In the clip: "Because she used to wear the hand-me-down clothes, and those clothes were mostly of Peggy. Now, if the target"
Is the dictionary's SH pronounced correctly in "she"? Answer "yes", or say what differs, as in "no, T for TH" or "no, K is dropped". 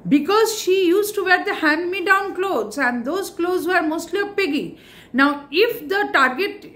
yes